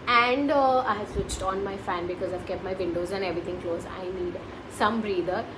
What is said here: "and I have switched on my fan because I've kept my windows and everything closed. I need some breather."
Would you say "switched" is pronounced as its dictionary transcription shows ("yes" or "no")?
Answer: yes